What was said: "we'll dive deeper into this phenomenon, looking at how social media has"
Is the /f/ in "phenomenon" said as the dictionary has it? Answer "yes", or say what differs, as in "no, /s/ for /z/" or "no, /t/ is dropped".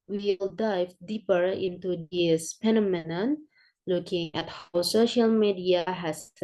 no, /p/ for /f/